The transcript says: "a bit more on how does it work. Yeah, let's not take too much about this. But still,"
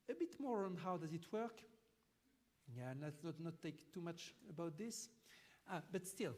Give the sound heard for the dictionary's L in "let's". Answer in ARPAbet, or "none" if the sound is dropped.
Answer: N